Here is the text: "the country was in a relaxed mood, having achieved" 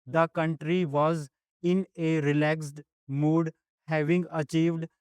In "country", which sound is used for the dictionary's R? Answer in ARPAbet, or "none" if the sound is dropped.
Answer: R